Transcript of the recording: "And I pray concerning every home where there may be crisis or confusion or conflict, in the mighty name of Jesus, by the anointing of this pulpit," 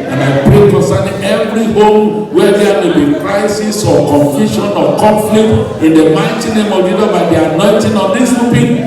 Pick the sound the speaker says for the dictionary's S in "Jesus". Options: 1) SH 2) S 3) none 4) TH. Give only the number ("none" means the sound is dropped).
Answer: 3